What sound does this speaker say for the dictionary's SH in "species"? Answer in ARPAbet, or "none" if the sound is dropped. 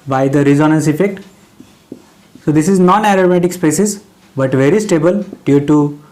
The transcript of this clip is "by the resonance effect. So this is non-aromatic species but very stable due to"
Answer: S